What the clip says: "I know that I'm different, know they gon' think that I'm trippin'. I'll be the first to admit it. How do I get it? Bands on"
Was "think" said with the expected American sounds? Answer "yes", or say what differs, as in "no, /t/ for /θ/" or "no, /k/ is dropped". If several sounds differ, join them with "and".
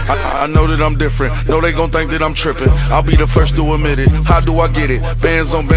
yes